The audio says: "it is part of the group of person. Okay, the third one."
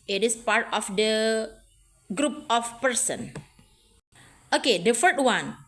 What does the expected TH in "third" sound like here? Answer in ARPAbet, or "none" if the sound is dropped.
F